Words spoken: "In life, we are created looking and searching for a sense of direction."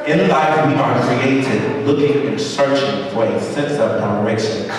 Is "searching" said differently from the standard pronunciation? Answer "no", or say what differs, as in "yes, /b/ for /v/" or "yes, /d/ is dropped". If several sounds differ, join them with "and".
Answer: no